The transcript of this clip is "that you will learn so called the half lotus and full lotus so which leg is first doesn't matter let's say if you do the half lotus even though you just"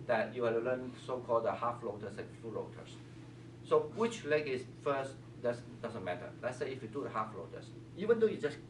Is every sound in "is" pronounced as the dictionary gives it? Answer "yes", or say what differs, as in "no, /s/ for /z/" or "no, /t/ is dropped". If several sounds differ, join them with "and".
no, /s/ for /z/